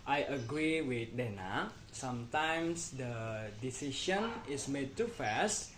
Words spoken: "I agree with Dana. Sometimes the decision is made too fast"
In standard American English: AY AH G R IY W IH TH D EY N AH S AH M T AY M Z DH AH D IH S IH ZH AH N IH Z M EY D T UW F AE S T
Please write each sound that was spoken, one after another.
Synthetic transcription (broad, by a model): AY AH G R IY W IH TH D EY N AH S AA M T AY M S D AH D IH S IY SH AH N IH S M EY D T UW F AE S T